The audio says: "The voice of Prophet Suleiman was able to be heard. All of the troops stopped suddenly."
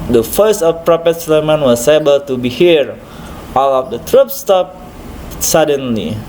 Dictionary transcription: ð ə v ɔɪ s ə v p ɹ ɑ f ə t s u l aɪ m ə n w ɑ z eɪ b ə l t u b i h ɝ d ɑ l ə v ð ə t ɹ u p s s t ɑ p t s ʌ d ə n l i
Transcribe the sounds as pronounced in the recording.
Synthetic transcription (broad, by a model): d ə f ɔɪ s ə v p ɹ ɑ p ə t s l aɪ m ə n w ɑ s eɪ b ə l t u b i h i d ɑ l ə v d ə t ɹ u p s s t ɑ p s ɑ d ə n l i